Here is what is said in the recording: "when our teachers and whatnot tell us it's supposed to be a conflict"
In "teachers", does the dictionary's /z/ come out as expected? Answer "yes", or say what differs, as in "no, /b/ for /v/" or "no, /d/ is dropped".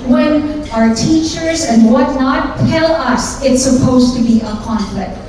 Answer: yes